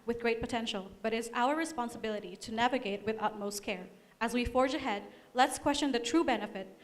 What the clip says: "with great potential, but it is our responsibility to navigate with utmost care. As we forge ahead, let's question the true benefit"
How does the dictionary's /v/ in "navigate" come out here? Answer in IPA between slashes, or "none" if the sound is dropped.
/v/